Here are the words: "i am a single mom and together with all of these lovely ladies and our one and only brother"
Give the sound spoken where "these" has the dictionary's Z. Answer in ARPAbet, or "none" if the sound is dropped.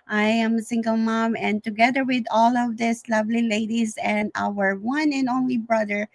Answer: S